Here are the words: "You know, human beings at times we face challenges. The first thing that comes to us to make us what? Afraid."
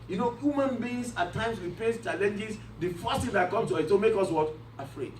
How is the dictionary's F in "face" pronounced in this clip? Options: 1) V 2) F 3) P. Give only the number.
3